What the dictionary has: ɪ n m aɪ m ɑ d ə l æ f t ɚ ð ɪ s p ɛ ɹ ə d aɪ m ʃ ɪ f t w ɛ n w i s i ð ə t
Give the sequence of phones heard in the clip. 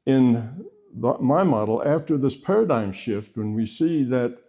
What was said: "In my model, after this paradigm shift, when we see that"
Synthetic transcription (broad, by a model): ɪ n m aɪ m ɑ d l æ f t ɚ ð ɪ s p ɛ ɹ ə d aɪ m ʃ ɪ f t w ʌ n w i s i ð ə t